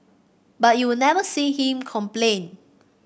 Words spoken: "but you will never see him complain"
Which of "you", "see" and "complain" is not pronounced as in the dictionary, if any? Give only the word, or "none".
none